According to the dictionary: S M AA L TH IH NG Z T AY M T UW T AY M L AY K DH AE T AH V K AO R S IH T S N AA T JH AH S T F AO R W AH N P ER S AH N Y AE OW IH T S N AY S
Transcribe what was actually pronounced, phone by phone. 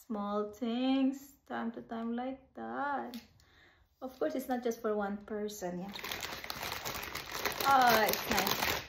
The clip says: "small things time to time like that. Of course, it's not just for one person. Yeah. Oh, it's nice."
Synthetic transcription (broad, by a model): S M AA L T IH NG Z T AY M T UW T AY M L AY K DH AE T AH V K AO R S IH T S N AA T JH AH S T F AO R W AH N P ER S AH N Y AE OW IH T S N AY S